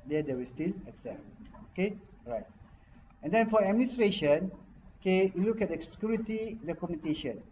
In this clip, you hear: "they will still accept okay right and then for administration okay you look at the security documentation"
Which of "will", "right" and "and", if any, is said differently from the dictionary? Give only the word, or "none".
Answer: will